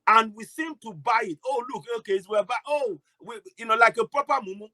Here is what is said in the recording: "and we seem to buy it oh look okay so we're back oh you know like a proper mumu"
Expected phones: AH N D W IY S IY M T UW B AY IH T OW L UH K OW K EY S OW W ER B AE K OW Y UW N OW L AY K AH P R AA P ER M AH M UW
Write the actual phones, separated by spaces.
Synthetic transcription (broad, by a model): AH N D W IY S IY M T UW B AY IH T OW L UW K OW K EY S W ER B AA OW Y UW N OW L AY K AH P R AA P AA M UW M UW